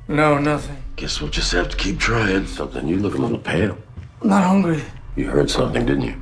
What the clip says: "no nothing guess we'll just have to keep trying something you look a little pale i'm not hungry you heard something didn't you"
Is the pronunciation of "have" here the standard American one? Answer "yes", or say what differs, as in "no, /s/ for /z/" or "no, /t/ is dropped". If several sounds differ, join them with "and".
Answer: no, /f/ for /v/